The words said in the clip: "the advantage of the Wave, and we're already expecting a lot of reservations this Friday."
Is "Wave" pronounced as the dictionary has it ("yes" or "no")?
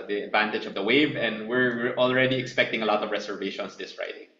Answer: yes